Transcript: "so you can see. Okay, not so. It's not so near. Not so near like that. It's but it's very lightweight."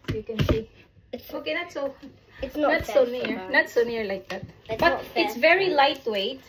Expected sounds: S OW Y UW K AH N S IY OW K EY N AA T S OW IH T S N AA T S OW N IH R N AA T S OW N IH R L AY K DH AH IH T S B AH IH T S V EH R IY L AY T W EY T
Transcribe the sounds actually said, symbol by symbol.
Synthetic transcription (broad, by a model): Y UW K AH N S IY OW K EY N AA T S OW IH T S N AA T S OW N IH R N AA T S OW N IH R L AY K DH AH T B AH IH T S V EH R IY L AY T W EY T